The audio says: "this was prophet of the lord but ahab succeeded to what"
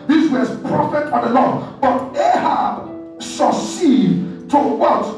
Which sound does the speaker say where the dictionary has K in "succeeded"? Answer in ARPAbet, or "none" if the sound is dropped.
none